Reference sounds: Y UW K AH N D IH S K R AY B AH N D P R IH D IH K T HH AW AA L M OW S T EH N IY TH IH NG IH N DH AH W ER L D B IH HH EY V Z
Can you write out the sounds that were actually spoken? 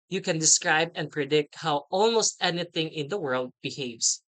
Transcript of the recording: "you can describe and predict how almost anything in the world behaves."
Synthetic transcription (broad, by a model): Y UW K AH N D IH S K R AY B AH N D P R IH D IH K T HH AW AA L M OW S T EH N IY TH IH NG IH N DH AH W ER L D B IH HH EY V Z